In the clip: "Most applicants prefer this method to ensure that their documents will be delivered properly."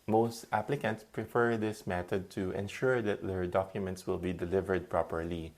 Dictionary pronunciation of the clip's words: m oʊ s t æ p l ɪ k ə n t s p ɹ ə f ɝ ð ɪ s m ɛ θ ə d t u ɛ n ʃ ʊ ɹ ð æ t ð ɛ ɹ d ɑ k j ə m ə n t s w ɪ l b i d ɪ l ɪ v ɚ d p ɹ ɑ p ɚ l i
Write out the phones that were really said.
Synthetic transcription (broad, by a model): m oʊ s t æ p l ɪ k ə n t s p ɹ ə f ɝ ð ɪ s m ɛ t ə d t u ɛ n ʃ ʊ ɹ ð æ t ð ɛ ɹ d ɑ k j ə m ə n t s w ɪ l b i d ɪ l ɪ v ɚ d p ɹ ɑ p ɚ l i